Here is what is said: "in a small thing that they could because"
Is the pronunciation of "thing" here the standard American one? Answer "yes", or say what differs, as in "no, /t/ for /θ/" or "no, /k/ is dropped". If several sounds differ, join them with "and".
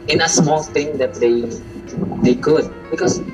no, /t/ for /θ/